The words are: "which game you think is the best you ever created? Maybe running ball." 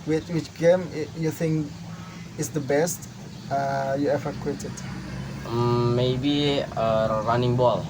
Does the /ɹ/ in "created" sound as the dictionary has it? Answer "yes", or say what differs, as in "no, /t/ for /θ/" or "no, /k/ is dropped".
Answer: no, /ɹ/ is dropped